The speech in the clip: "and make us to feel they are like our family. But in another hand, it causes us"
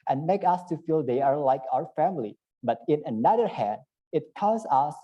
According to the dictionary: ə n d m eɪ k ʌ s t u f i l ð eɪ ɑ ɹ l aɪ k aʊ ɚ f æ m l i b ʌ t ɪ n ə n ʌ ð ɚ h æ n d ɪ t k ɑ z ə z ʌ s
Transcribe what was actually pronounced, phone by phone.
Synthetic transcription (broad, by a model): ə n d m eɪ k ʌ s t u f i l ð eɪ ɑ ɹ l aɪ k aʊ ɚ f æ m l i b ʌ t ɪ n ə n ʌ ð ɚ h æ n d ɪ t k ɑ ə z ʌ s